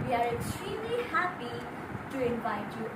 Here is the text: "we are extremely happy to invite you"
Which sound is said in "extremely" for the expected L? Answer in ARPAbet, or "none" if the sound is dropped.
L